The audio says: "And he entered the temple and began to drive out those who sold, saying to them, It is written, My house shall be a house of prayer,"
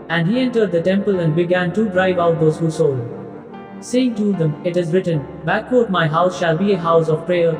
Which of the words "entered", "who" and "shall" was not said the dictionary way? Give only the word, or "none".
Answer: none